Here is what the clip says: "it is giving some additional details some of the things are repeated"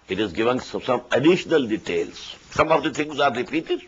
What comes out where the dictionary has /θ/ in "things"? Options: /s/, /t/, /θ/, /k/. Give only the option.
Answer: /t/